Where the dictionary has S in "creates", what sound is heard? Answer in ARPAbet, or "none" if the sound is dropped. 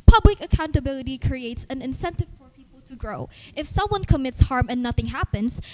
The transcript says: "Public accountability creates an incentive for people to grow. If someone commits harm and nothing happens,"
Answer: S